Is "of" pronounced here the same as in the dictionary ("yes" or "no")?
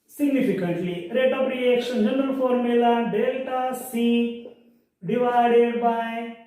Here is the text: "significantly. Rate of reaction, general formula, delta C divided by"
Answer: no